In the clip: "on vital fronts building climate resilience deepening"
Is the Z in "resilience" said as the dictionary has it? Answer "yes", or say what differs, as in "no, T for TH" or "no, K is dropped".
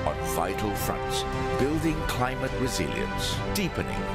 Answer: yes